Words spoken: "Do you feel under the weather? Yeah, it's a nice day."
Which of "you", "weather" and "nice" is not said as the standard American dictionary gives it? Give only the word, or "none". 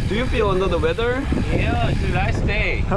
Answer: nice